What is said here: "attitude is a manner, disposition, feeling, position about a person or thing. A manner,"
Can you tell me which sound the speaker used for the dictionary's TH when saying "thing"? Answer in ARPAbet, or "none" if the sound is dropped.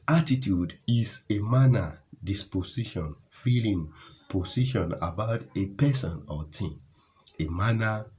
T